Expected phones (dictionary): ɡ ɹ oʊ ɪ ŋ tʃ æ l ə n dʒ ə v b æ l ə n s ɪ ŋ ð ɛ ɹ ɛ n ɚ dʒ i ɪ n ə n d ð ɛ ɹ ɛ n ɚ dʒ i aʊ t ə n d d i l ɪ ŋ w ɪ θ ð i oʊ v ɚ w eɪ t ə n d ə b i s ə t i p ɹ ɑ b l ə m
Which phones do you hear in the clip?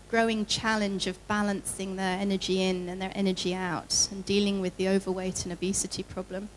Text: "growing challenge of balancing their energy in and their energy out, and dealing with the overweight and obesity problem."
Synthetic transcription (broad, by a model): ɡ ɹ oʊ ɪ ŋ tʃ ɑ l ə n dʒ ə v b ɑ l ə n s ɪ ŋ ð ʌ ɹ ɛ n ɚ dʒ i ɪ n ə n ð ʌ ɹ ɛ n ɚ dʒ i aʊ t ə n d d i l ɪ ŋ w ɪ ð i oʊ v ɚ w eɪ t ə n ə b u s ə t i p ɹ ɑ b l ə m